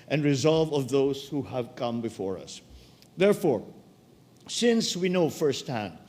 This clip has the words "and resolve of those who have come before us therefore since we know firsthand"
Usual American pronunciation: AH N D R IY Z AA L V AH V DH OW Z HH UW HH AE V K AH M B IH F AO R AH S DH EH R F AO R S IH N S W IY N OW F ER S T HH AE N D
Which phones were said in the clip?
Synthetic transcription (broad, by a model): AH N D R IY Z AA L V AH V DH OW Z HH UW HH AE V K AH M B IH F AO R AH S DH EH R F AO R S IH N S W IY N OW F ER S T HH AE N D